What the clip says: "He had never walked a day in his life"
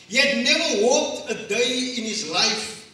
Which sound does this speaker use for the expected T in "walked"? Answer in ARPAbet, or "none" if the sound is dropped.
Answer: T